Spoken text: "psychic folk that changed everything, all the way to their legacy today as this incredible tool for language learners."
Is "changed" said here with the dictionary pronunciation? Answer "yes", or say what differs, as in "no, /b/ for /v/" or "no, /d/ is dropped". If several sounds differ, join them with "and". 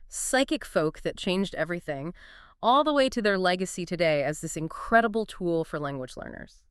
yes